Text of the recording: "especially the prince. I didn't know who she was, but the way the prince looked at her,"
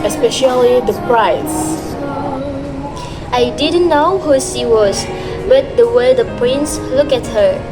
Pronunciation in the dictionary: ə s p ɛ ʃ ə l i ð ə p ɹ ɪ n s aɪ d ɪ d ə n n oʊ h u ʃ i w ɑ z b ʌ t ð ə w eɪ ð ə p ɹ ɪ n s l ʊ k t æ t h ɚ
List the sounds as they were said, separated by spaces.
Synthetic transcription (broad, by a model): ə s p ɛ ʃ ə l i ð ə p ɹ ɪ s aɪ d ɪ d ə n n oʊ h u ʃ i w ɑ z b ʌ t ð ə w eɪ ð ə p ɹ ɪ n s l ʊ k æ t h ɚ